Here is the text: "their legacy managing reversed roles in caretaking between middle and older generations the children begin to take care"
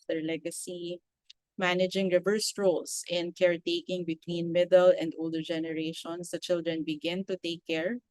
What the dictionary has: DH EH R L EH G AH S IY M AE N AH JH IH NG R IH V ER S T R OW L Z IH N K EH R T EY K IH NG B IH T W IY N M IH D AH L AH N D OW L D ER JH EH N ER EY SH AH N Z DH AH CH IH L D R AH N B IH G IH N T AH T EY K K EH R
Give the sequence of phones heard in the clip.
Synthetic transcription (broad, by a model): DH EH R L EH G AH S IY M AE N AH JH IH NG R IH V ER S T R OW L S IH N K EH R T EY K IH NG B IH T W IY N M IH D AH L AH N D OW L D ER JH EH N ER EY SH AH N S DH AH CH IH L D R AH N B IH G IH N T AH T EY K K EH R